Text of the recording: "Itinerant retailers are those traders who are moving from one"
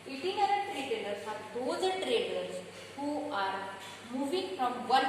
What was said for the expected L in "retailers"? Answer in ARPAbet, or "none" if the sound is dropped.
N